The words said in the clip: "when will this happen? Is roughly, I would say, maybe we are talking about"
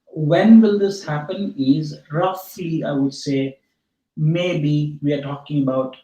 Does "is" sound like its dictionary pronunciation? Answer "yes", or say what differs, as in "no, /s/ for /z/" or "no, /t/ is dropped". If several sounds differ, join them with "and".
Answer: yes